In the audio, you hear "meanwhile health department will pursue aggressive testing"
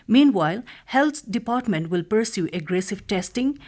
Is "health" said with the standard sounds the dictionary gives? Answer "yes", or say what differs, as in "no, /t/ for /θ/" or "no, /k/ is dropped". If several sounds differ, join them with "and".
no, /t/ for /θ/